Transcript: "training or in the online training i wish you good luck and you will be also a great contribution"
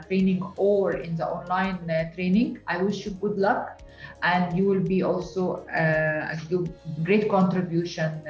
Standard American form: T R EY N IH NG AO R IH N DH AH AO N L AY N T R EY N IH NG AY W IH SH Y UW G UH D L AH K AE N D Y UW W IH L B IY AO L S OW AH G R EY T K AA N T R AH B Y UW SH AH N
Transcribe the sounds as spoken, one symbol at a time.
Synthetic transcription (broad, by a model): T R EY N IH NG AO R IH N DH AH AO N L AY N T R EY N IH NG AY W IH SH Y UW G UH D L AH K AE N D Y UW W IH L B IY AO L S OW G G R EY T K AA N T R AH B Y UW SH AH N